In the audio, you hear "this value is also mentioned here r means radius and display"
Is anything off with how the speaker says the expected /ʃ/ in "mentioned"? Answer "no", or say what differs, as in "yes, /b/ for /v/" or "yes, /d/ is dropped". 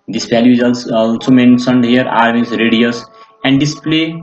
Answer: yes, /s/ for /ʃ/